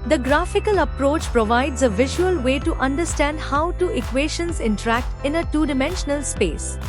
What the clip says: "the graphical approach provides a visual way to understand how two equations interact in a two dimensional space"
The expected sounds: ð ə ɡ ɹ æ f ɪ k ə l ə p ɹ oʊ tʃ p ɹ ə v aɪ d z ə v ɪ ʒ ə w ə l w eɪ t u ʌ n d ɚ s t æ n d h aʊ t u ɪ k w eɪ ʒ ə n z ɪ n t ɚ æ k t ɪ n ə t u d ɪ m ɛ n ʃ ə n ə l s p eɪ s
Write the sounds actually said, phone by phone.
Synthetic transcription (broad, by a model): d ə ɡ ɹ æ f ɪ k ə l ə p ɹ oʊ tʃ p ɹ ə v aɪ d z ə v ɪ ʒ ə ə l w eɪ t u ʌ n d ɚ s t æ n d h aʊ t u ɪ k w eɪ ʃ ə n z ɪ n t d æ k t ɪ n ə t u d ɪ m ɛ n ʃ ə n ə l s p eɪ s